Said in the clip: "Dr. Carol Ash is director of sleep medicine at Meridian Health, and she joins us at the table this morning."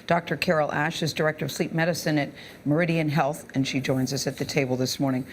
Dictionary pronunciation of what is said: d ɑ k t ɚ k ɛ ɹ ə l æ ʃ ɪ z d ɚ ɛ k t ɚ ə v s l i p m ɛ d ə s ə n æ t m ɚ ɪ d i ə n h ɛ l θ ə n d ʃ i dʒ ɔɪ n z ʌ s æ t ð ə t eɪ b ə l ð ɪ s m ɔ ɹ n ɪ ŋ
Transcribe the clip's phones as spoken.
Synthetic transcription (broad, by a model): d ɑ k t ɚ k ɛ ɹ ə l æ ʃ ɪ z d ɚ ɛ k t ɚ ə v s l i p m ɛ d ə s ə n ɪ t m ɚ ɪ d i ə n h ɛ l θ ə n ʃ i dʒ ɔɪ n z ʌ s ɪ t ð ə t eɪ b l ð ɪ s m ɔ ɹ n ɪ ŋ